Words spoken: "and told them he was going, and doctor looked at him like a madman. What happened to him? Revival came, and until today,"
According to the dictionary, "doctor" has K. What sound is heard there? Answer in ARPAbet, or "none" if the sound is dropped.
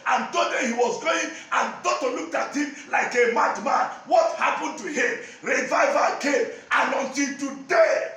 none